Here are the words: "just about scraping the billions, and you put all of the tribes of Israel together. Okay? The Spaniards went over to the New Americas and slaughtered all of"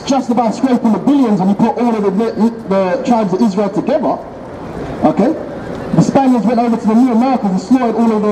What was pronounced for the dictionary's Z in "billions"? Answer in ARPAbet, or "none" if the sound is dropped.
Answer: Z